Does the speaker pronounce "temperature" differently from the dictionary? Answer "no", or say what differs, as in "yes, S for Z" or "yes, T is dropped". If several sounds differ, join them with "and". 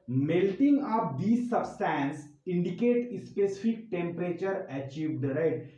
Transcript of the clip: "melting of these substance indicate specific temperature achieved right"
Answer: no